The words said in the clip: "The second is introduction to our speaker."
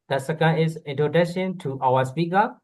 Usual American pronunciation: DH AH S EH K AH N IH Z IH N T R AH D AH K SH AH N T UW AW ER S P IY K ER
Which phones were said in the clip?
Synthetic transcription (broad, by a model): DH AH S EH K AH N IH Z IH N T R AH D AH SH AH N T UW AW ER S P IY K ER